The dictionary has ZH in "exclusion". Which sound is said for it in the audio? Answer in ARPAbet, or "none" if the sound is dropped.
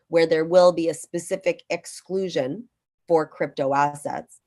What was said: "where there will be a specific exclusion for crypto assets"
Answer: ZH